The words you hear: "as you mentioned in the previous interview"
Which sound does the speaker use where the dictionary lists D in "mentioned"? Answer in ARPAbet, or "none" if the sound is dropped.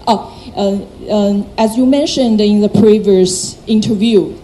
D